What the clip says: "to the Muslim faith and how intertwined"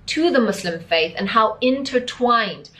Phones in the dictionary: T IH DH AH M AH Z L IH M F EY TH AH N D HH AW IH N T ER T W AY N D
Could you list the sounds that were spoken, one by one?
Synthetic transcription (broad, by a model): T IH DH AH M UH S L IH M F EY TH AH N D HH AW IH N T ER T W AY N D